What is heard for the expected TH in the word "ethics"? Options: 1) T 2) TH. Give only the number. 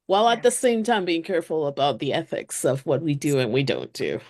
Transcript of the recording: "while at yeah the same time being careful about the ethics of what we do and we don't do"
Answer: 2